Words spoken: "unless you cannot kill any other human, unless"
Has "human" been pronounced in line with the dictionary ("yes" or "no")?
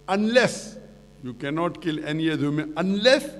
no